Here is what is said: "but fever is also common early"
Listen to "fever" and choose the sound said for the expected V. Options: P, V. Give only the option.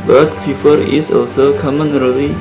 P